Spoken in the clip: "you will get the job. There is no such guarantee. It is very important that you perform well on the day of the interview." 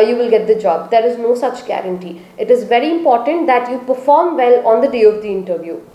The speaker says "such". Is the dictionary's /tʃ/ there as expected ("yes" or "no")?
yes